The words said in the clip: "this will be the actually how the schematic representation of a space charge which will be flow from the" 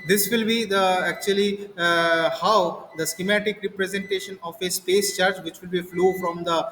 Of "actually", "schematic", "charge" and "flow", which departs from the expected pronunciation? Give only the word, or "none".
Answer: none